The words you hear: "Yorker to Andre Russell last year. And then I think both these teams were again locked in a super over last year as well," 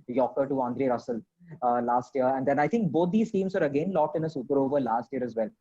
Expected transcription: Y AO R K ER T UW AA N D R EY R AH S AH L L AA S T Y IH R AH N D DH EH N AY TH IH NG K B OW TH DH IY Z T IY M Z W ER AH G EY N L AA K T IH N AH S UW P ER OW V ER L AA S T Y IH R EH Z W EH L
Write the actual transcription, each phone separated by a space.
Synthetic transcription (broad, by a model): Y AO K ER T UW AA N D R EY R AH S AH L L AA S T Y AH R AH N D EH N AY T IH NG K B OW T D IY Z T IY M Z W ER AH G EY N L AA K T IH N AH S UW P ER OW V ER L AA S T Y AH R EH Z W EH L